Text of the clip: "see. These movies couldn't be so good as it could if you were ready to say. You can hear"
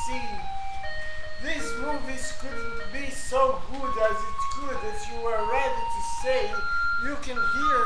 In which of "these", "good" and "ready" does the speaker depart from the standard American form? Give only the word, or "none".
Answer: these